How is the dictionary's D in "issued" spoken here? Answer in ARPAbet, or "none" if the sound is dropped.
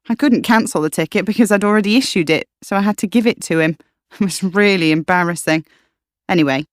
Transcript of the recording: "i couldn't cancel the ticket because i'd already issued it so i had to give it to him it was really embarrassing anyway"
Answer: D